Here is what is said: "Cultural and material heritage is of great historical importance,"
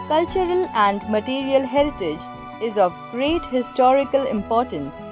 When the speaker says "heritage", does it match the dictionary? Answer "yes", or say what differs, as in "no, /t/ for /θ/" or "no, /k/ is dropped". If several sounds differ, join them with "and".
yes